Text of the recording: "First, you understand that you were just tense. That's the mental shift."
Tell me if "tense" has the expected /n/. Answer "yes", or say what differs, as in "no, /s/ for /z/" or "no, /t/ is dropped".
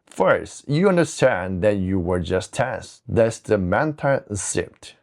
no, /n/ is dropped